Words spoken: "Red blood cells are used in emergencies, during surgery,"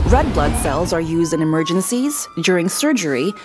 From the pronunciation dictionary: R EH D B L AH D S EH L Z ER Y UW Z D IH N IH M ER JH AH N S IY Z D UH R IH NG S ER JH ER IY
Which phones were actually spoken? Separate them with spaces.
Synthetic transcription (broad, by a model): R EH D B L AH D S EH L Z ER Y UW Z D IH N IH M ER JH AH N S IY Z D UH R IH NG S ER JH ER IY